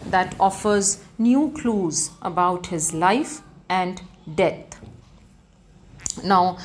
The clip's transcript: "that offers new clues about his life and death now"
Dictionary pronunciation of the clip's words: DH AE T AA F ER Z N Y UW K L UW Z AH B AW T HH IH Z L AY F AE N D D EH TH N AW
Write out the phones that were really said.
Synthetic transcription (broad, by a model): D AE T AA F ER Z N Y UW K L UW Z AH B AW T HH IH Z L AY F AE N D D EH T N AW